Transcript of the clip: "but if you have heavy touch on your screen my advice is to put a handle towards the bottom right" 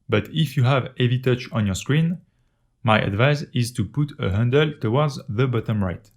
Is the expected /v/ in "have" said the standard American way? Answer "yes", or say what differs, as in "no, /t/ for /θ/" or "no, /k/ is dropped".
yes